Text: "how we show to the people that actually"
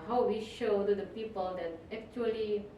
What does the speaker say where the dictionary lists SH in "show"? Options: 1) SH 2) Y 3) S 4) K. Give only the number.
1